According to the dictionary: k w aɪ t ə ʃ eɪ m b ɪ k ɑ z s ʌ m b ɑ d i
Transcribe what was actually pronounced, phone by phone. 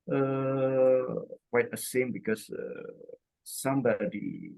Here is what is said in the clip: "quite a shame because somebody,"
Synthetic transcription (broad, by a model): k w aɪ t ə s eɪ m b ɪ k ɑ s s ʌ m b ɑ d i